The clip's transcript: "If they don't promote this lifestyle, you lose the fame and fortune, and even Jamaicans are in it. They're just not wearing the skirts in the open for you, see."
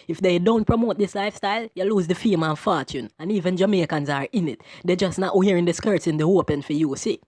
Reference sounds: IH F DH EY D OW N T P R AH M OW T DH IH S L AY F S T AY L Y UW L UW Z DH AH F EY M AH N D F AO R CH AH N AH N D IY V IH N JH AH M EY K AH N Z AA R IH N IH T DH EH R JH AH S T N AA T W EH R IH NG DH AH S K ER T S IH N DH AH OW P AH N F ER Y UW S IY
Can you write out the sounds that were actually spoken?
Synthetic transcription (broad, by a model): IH F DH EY D OW N T P R AH M OW T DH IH S L AY F S T AY L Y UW L UW Z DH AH F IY M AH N F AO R CH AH N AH N IY V IH N JH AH M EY K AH N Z AA R IH N IH T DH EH JH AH S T N AA T W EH R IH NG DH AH S K ER T S IH N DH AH OW P AH N F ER Y UW S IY